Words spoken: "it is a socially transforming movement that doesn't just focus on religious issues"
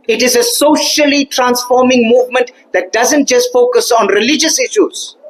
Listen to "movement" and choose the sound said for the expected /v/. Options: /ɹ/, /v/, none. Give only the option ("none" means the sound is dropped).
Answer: /v/